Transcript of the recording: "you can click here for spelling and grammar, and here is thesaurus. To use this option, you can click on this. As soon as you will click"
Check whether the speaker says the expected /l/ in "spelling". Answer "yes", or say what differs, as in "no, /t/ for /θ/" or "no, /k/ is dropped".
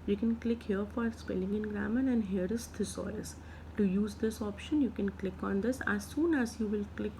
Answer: yes